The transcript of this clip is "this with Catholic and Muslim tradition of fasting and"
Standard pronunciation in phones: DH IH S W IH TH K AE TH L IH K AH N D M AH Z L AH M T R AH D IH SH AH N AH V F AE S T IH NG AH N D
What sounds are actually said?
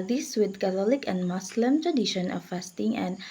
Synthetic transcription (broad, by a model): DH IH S W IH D K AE T L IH K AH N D M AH S L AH M T R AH D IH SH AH N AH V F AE S T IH NG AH N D